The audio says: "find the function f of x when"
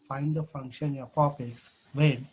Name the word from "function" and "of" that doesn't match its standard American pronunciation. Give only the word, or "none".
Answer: of